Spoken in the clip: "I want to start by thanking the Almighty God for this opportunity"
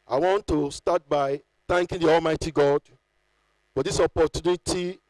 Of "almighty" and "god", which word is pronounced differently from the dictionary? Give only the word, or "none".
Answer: none